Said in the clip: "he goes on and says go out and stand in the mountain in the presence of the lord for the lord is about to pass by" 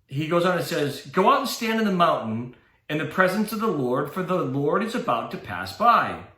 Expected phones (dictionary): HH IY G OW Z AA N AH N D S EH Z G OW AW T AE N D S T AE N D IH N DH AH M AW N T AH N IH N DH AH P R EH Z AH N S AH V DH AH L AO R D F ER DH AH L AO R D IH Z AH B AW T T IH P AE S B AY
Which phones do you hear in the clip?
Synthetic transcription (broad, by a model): HH IY G OW Z N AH N S EH Z G OW AW T N S T AE N D IH N DH AH M AW N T N IH N DH AH P R EH Z AH N S AH V DH AH L AO R D F ER DH AH L AO R D IH Z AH B AW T T IH P AE S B AY